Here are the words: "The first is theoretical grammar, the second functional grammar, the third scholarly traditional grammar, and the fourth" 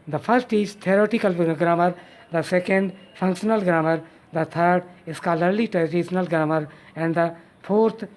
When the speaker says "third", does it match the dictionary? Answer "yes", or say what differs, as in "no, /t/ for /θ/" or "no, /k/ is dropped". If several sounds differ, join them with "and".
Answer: no, /t/ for /θ/